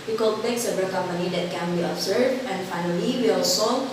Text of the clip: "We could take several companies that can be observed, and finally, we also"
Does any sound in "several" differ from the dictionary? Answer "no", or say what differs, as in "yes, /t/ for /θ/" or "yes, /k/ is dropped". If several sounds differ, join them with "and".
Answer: yes, /ɹ/ is dropped